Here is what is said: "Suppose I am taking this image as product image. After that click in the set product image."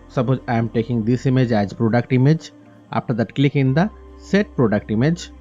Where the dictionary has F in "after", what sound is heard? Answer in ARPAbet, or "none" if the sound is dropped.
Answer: P